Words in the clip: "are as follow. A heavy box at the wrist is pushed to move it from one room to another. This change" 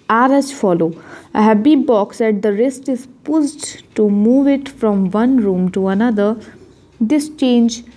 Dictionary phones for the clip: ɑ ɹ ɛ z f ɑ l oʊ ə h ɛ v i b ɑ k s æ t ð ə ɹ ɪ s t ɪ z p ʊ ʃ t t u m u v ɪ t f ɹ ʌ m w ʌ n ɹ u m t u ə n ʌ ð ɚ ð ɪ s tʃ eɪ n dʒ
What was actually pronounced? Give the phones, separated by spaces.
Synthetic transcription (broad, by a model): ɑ ɹ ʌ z f ɑ l oʊ ə h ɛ b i b ɑ k s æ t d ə ɹ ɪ s t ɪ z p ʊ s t t u m u v ɪ t f ɹ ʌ m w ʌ n ɹ u m t u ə n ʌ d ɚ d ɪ s tʃ eɪ n dʒ